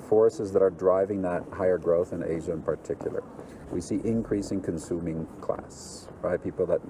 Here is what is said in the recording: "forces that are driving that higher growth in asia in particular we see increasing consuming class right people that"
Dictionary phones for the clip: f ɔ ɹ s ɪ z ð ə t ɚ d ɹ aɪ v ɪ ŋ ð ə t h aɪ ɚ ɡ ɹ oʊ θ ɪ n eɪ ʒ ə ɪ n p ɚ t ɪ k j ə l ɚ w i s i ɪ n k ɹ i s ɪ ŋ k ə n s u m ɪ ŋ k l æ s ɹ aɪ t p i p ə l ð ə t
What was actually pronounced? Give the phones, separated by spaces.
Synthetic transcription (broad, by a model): f ɔ ɹ s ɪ z ð ə t ɚ d ɹ aɪ v ɪ ŋ ð ə t h aɪ ɚ ɡ ɹ oʊ θ ɪ n eɪ ʒ ə ɪ n p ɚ t ɪ k j l ɚ w i s i ɪ n k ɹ i s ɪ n k ə n s u m ɪ ŋ k l æ s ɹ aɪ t p i p l ð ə t